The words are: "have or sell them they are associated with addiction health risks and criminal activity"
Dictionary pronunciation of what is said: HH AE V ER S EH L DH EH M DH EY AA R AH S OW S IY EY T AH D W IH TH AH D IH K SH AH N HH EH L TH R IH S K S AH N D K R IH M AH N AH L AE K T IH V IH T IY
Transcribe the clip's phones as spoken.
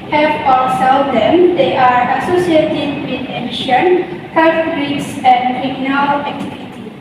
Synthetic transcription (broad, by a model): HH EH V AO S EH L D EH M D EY AA R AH S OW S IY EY T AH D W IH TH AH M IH SH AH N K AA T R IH K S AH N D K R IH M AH N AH L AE K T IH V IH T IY